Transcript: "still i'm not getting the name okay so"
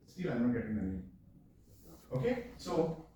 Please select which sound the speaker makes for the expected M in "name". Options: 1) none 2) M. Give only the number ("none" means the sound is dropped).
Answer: 1